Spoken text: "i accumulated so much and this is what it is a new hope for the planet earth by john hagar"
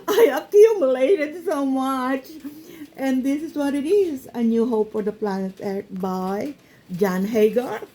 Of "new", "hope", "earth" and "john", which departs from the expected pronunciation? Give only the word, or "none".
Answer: earth